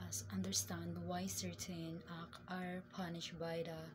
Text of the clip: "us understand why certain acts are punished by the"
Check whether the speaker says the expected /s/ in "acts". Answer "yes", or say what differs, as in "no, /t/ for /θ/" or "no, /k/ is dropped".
no, /s/ is dropped